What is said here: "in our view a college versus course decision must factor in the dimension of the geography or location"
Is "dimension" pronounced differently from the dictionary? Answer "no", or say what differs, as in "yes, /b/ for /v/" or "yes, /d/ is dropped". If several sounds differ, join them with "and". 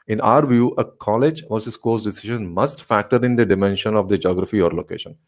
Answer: no